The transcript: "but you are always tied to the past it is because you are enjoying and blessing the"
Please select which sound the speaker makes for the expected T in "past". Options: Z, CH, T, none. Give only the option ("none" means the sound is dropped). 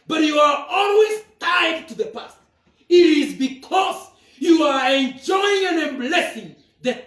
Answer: T